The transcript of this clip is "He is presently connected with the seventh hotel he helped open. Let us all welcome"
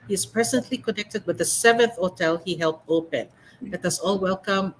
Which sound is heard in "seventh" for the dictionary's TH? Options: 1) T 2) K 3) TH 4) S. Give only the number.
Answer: 3